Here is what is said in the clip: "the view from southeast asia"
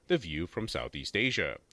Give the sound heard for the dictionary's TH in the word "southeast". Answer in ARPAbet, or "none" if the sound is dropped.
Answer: TH